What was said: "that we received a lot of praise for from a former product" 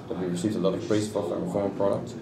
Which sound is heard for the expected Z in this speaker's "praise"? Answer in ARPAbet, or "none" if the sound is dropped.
S